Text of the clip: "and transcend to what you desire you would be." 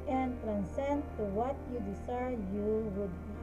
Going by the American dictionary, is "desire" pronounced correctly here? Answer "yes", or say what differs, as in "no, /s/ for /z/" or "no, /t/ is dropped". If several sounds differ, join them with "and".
no, /s/ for /z/